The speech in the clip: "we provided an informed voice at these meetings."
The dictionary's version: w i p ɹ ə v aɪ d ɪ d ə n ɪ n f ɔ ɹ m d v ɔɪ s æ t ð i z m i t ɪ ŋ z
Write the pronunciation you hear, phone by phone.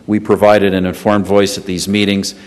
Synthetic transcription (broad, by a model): w i p ɹ ə v aɪ d ɪ d ə n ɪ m f ɔ ɹ m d v ɔɪ s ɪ t ð i z m i t ɪ ŋ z